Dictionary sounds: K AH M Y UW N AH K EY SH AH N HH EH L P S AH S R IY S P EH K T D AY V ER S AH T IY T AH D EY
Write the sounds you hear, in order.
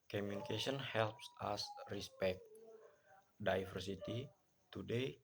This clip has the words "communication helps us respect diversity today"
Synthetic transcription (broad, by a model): K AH M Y UW N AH K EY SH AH N HH EH L P S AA S R IY S P EH K T D AY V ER S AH T IY T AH D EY